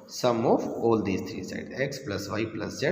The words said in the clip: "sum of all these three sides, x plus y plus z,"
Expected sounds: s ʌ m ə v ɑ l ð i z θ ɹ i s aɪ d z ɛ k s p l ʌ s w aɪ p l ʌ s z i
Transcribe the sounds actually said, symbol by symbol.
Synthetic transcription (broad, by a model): s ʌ m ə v ɑ l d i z t ɹ i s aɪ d ɛ k s p l ʌ s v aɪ p l ʌ s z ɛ